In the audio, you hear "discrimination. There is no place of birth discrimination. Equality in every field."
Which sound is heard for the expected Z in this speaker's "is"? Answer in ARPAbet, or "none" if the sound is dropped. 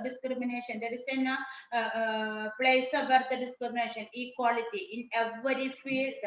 S